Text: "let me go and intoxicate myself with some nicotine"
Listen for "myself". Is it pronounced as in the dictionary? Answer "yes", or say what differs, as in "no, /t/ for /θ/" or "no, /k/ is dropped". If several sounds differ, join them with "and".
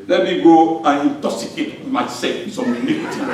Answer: no, /l/ is dropped